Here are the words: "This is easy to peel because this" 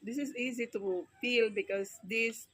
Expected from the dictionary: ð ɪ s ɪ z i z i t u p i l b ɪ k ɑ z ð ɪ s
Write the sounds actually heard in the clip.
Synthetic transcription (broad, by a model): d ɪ s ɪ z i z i t u f i l b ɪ k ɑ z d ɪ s